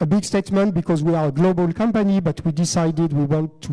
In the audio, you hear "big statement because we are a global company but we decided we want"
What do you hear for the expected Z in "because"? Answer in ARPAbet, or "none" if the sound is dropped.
Z